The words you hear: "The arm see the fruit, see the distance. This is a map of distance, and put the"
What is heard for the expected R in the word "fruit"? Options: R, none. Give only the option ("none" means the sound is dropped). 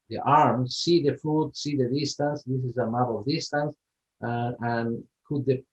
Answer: none